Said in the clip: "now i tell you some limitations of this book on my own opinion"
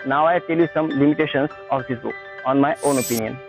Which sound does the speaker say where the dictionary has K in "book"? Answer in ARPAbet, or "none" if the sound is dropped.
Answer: none